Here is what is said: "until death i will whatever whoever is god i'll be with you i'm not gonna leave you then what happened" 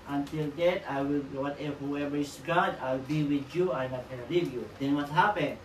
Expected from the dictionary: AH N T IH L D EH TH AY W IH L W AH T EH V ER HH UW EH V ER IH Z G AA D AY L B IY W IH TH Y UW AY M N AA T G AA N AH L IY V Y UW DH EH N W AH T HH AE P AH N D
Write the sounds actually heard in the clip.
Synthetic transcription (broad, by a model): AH N T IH L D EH T AY W IH L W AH T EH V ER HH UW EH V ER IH S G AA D AY L B IY W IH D Y UW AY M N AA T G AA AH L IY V Y UW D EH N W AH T HH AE P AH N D